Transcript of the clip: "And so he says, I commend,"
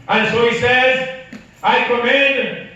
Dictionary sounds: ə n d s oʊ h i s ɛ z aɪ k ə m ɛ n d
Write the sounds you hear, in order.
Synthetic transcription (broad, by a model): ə n s oʊ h i s ɛ z aɪ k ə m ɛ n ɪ